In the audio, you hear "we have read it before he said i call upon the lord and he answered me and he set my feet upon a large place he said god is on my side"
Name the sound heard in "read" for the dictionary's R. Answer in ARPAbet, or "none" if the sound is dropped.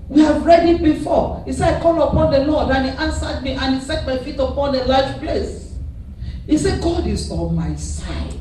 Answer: R